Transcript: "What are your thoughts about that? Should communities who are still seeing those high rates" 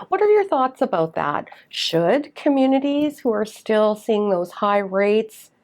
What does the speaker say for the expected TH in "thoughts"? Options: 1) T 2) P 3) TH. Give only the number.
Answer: 3